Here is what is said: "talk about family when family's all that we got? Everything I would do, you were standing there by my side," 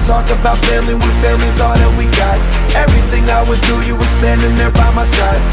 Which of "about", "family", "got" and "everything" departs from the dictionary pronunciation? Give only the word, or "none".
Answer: family